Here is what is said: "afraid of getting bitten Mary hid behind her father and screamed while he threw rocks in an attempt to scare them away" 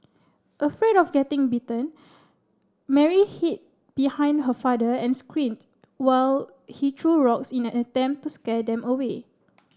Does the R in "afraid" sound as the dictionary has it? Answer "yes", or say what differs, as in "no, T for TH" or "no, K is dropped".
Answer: yes